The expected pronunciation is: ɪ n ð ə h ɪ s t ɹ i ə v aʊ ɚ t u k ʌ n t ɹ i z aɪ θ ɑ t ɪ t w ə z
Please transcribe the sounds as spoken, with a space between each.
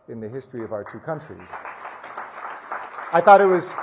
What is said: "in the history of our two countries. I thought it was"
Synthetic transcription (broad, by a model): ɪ n ð ə h ɪ s t ɹ i ə v aʊ ɚ t u k ʌ n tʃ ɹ i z aɪ θ ɑ t ɪ t w ə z